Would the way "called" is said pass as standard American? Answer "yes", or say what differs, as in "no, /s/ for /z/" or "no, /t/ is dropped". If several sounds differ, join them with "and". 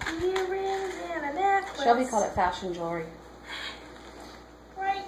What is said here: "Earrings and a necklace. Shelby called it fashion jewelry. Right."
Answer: no, /d/ is dropped